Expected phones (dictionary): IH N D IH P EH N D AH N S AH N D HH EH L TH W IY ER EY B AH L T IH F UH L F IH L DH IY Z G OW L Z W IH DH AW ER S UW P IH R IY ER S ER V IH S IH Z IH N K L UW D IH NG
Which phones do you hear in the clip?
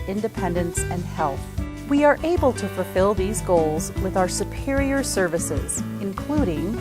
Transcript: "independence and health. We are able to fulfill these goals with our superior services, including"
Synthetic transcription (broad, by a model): IH N D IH P EH N D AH N S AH N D HH EH L TH W IY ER EY B AH L T IH F UH L F IH L DH IY Z G OW L Z W IH DH AW ER S UW P IH R IY ER S ER V IH S IH Z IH N K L UW D IH NG